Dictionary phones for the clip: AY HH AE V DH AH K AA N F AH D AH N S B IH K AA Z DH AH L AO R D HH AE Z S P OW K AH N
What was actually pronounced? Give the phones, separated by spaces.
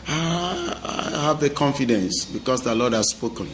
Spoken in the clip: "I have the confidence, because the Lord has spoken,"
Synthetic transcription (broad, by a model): AY HH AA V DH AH K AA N F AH D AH N S B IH K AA S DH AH L AO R D HH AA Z S P OW K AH N